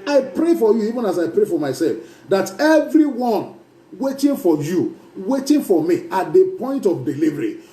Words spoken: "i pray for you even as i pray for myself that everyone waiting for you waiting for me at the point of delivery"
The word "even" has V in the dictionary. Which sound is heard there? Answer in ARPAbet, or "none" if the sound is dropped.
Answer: V